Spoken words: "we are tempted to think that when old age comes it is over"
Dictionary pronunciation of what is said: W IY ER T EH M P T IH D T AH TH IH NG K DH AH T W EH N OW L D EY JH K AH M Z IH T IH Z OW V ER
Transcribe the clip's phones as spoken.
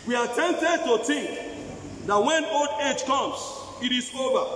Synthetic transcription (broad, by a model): W IY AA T EH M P T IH D T AH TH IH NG K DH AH T W EH N OW L D EY JH K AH M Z IH T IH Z OW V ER